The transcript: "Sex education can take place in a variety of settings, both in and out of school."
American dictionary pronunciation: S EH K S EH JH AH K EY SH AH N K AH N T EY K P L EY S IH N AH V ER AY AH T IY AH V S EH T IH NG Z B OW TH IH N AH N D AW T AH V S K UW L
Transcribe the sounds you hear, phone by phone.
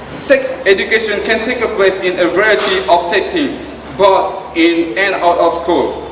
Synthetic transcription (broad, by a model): S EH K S EH JH AH K EY SH AH N K AH N T EY K P L EY S IH N AH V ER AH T IY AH F S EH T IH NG B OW T IH N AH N AW T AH F S K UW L